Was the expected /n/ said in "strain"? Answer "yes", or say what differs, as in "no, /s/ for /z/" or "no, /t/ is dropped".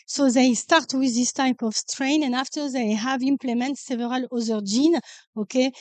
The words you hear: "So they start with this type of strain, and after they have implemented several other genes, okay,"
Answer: yes